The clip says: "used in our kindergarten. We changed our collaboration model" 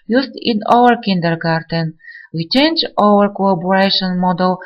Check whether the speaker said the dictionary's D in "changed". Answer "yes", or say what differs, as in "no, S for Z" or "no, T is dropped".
no, D is dropped